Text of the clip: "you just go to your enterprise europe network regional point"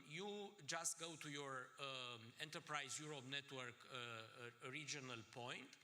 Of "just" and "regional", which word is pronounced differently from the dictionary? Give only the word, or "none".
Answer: none